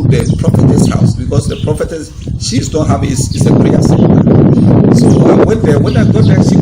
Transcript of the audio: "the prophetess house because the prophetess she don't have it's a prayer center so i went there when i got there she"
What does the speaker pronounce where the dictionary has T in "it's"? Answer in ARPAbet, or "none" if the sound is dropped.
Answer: S